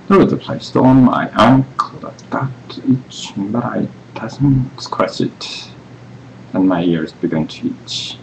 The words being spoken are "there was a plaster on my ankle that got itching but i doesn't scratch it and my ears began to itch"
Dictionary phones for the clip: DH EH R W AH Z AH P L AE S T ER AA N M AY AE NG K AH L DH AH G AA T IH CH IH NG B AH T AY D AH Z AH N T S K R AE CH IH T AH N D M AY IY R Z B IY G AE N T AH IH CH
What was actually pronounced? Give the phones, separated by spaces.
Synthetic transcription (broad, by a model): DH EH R W AH Z AH P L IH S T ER AA N M AY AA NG K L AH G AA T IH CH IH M B AH T AY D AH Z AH N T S K W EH S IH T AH N M AY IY R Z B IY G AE N T AH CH